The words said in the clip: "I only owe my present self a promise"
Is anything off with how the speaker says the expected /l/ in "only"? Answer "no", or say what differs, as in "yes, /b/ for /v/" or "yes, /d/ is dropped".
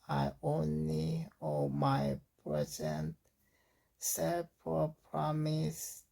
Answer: no